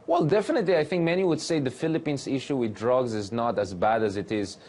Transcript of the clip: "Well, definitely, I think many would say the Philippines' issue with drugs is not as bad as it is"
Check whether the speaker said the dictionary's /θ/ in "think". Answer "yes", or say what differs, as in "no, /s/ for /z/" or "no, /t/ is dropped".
yes